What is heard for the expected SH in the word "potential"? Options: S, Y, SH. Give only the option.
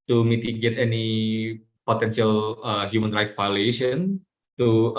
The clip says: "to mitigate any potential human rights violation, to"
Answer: S